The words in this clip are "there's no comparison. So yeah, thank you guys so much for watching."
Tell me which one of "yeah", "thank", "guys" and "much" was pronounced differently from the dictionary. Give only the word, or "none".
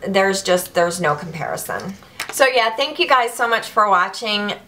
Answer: none